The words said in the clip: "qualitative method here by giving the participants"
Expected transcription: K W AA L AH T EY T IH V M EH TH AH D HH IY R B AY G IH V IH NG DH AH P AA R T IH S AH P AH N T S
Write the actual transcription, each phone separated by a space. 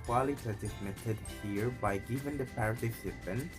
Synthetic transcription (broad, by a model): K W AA L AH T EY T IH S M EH T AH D HH IY R B AY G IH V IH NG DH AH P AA R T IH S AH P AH N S